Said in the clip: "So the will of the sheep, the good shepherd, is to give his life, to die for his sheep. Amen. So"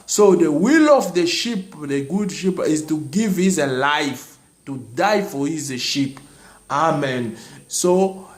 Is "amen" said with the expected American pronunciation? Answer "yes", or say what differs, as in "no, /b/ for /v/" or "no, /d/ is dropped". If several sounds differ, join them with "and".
yes